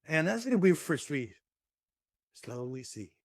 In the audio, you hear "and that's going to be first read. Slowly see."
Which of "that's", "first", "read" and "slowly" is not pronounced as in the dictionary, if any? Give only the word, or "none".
read